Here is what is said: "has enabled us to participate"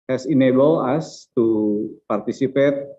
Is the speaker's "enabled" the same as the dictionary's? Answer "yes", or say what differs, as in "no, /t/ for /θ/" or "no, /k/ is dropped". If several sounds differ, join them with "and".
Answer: no, /d/ is dropped